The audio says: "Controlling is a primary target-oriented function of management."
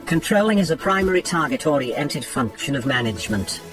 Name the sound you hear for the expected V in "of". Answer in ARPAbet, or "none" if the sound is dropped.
V